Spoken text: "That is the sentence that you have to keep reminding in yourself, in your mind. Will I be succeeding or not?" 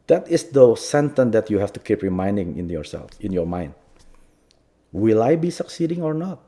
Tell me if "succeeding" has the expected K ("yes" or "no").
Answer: yes